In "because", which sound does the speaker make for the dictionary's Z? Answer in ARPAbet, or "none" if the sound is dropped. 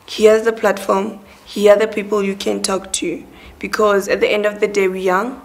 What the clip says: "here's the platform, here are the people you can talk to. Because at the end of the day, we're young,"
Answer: Z